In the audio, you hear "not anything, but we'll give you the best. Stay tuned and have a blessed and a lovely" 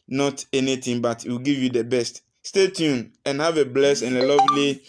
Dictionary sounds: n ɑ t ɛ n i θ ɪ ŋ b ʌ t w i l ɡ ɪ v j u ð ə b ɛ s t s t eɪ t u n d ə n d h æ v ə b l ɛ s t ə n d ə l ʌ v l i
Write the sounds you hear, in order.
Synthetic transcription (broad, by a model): n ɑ t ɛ n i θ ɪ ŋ b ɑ t w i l ɡ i v j u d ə b ɛ s t s t eɪ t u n ə n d h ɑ v ə b l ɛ s ə n ə l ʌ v l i